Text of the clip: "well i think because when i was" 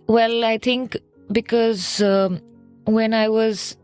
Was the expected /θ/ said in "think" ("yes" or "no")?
no